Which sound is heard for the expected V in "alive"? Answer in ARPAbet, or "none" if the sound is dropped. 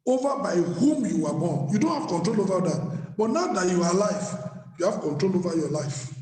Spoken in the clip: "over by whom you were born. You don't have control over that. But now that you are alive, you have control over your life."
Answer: F